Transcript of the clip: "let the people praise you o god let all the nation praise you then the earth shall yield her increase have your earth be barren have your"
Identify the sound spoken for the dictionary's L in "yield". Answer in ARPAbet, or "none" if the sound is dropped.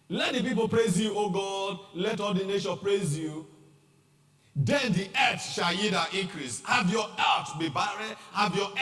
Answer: none